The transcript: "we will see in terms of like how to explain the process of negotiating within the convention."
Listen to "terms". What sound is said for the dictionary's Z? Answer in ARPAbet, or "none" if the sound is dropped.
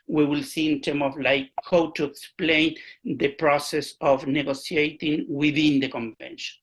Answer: none